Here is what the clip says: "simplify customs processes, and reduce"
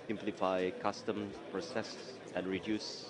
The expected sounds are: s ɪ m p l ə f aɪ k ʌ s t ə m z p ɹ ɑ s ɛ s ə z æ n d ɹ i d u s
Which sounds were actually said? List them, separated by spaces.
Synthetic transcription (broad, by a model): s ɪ m p l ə f aɪ k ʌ s t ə m p ɹ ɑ s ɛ s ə n ɹ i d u s